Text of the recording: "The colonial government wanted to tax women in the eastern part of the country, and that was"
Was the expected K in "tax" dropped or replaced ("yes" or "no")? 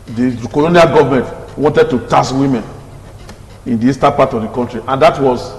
yes